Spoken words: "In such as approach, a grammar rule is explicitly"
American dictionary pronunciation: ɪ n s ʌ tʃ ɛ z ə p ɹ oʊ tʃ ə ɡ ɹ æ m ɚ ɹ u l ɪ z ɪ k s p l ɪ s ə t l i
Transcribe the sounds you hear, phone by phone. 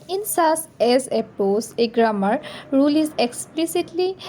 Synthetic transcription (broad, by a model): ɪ n s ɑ s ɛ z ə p oʊ s ə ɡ ɹ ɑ m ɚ ɹ u l ɪ z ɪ k s p l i s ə t l i